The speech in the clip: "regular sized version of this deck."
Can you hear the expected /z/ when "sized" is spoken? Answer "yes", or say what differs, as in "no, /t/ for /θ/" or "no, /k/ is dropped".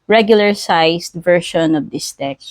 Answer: no, /s/ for /z/